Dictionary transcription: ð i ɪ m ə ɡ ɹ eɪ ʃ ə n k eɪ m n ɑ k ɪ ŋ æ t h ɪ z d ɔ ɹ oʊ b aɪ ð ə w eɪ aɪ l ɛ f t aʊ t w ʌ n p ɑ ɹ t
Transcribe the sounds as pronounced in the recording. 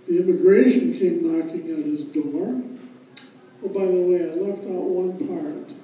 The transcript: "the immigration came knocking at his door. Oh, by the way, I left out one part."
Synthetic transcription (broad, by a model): ð i ɪ m ə ɡ ɹ eɪ ʃ ə n k eɪ m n ɑ k ɪ ŋ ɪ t h ɪ z d ɔ ɹ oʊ b aɪ ð ə w eɪ aɪ l ɛ f t aʊ t w ʌ n p ɑ ɹ t